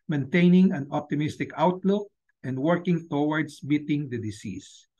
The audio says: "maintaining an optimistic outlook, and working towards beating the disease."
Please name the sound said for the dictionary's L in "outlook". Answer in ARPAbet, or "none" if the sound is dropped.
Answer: L